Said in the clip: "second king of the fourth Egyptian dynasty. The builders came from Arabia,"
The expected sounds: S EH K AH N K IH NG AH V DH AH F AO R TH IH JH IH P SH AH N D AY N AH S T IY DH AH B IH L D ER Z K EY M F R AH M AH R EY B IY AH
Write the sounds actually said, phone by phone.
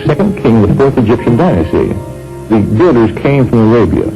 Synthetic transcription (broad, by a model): S EH K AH N K IH NG AH V DH AH F AO R TH IH JH IH P SH AH N D AY N AH S T IY DH AH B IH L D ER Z K EY M F R AH M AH R EY B IY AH